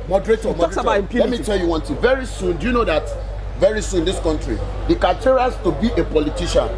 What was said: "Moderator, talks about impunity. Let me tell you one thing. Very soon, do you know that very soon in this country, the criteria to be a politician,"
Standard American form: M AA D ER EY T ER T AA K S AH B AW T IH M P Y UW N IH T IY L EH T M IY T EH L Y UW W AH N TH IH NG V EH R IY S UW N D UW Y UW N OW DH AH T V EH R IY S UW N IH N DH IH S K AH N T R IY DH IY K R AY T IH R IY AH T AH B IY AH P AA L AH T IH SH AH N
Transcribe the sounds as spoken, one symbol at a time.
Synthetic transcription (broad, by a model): M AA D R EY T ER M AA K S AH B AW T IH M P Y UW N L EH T M IY T EH L Y UW W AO N T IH V EH R IY S UW N D UW Y UW N OW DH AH T V EH R IY S UW N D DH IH S K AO N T R IY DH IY K AY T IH R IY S T AH B IY AH P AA L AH T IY SH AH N